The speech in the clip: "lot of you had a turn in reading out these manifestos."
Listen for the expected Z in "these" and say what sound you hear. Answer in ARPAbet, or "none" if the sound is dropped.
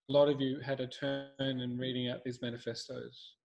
Z